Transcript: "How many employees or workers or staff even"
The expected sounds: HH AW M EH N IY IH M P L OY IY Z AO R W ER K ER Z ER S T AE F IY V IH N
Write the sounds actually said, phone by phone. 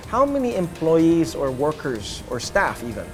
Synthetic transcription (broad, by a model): HH AW M EH N IY IH M P L OY IY Z AO R W ER K ER Z ER S T AE F IY V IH N